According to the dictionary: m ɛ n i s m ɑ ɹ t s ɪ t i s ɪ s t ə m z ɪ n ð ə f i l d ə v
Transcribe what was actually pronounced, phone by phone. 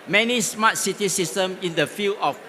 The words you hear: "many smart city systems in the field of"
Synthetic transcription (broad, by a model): m ɛ n i s m ɑ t s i t i s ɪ s t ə m ɪ n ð ə f i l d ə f